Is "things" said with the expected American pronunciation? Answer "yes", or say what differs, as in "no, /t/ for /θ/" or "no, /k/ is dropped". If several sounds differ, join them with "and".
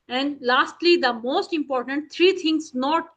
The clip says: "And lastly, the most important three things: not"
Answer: no, /t/ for /θ/